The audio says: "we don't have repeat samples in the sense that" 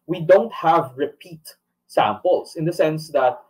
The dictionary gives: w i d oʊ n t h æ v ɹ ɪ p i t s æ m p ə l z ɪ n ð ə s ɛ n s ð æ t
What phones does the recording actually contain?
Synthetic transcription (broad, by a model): w i d oʊ n t h æ v ɹ ɪ p i t s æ m p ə l s ɪ n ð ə s ɛ n s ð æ t